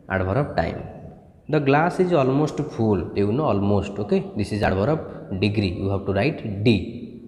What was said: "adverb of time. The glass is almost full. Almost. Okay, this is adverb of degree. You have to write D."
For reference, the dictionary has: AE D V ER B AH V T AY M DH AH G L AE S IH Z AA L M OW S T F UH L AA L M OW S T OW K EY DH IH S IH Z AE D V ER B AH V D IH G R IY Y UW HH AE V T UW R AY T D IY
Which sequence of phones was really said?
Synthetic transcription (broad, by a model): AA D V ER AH P T AY M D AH G L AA S IH Z AA L M OW S T P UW L AA L M OW S T OW K EY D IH S IH Z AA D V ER AH B D IH G R IY Y UW HH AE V T UW R AY T D IY